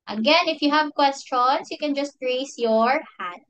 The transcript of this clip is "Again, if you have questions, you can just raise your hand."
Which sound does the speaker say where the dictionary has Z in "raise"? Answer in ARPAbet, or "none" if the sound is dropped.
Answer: S